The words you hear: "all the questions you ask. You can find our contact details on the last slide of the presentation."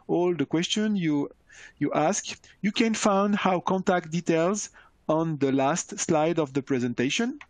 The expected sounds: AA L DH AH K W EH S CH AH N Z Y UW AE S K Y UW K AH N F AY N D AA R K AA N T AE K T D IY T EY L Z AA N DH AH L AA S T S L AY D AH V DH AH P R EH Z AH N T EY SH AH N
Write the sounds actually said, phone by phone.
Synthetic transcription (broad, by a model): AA L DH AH K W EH S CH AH N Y Y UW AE S K Y UW K AH N F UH N D AA W K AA N T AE K T D IY T EY L Z AA N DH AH L AA S T S L AY D AH V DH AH P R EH Z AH N T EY SH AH N